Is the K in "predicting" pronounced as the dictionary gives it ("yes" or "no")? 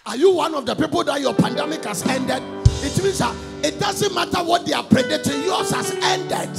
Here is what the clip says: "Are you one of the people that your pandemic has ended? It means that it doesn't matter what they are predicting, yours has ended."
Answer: no